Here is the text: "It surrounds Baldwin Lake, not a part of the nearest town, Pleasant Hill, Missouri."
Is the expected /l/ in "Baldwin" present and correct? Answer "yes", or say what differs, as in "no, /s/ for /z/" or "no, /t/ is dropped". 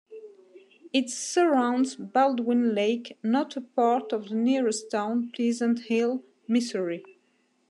yes